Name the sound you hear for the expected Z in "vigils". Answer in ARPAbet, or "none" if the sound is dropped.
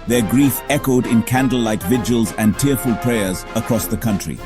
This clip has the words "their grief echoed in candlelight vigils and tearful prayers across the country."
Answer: Z